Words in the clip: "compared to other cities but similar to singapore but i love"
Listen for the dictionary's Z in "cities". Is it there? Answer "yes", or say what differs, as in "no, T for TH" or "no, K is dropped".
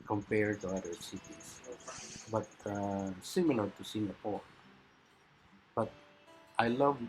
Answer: no, S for Z